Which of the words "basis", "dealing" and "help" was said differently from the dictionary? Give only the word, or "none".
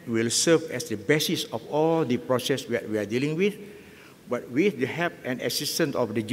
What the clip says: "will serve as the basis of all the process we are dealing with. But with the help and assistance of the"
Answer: help